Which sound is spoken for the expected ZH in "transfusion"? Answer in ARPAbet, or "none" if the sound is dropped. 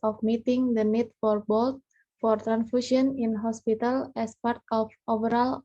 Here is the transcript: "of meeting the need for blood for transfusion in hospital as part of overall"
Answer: SH